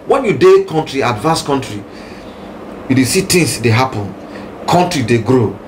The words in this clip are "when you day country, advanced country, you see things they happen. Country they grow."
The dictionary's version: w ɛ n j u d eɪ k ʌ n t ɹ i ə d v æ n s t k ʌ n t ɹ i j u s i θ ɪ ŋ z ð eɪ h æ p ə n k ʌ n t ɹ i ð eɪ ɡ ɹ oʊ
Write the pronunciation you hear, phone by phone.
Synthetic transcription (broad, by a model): w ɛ n j u d eɪ k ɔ n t ɹ i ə d v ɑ n s k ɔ n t ɹ i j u s i t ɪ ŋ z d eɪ h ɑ p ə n k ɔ n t ɹ i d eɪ ɡ ɹ oʊ